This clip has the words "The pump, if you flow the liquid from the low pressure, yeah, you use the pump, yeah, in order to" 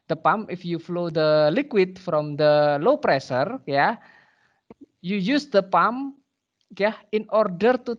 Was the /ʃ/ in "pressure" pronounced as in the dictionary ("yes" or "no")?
no